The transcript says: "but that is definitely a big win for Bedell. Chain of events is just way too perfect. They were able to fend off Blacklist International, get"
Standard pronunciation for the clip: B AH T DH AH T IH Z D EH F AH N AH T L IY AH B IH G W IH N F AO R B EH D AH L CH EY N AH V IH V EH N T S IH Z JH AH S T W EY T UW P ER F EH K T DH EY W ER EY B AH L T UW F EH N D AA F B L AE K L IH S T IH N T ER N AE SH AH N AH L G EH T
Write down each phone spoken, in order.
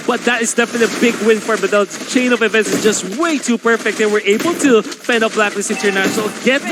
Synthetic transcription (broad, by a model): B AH T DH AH T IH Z D EH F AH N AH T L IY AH B IH G W IH N F AO R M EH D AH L CH EY N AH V IH V EH N T S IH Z JH AH S T W EY T UW P ER F EH K T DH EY W ER EY B AH L T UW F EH N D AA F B L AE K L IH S IH N T ER N AE SH AH N AH L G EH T